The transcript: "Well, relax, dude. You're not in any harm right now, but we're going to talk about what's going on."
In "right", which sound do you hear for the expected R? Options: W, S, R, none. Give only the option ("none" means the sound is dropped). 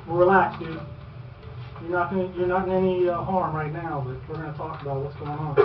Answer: R